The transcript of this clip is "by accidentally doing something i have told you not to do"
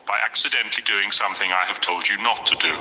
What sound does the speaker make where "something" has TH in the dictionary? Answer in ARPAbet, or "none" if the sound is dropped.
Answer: TH